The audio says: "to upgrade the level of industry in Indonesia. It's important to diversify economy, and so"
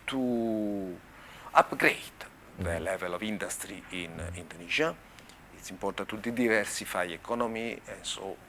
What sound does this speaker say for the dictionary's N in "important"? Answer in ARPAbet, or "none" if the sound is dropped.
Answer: none